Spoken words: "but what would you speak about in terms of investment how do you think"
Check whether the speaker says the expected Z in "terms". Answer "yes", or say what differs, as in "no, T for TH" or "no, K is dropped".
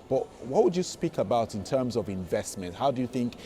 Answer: yes